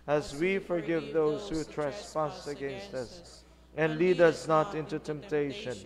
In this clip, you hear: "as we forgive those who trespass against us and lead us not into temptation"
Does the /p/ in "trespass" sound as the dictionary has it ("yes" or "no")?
no